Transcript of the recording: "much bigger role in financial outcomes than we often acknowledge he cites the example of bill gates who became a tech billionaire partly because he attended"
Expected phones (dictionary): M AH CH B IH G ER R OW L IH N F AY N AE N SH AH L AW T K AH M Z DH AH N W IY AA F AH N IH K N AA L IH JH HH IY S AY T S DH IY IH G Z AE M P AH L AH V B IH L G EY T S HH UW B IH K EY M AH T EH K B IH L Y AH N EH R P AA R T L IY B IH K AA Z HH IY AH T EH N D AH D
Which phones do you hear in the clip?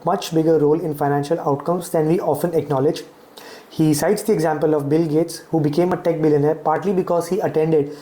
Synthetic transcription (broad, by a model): M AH CH B IH G ER R OW L IH N F AY N AE N SH AH L AW T K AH M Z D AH N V IY AA F AH N IH K N AA L IH JH HH IY S AY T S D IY IH G Z AE M P AH L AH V B IH L G EY T S HH UW B IH K EY M AH T EH K B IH L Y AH N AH R P AA R T L IY B IH K AA Z HH IY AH T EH N D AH D